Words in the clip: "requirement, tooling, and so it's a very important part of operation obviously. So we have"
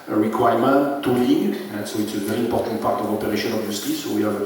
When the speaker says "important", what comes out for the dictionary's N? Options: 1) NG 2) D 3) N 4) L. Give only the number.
3